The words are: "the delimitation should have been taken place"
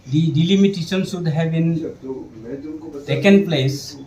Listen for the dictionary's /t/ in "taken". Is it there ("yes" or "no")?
no